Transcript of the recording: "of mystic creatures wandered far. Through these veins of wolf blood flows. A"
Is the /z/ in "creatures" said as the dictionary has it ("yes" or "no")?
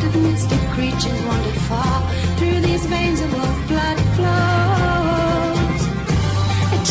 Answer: yes